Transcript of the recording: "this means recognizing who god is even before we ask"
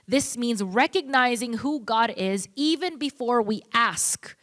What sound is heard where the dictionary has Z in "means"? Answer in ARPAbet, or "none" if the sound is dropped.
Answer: Z